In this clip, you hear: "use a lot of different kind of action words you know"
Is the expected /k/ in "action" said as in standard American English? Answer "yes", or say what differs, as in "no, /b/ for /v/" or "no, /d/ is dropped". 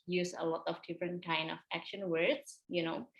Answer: yes